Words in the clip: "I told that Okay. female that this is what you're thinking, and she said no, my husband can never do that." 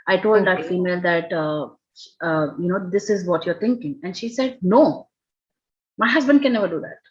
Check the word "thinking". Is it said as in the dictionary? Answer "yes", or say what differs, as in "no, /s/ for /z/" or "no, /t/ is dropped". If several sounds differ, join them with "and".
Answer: no, /t/ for /θ/